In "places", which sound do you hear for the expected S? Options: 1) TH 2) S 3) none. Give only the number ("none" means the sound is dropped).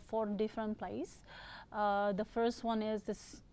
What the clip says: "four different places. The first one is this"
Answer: 3